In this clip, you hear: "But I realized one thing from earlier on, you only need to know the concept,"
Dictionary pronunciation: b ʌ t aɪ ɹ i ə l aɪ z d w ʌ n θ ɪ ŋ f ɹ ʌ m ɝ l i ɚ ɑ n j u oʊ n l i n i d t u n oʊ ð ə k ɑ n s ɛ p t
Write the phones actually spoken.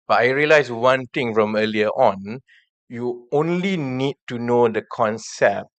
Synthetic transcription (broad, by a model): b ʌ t aɪ ɹ i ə l aɪ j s w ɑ n t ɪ ŋ f ɹ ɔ m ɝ l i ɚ ɑ n j u oʊ n l i n i d t u n oʊ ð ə k ɑ n s ɛ p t